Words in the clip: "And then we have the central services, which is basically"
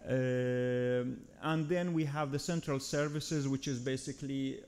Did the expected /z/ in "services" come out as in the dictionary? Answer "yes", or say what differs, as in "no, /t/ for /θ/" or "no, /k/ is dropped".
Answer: yes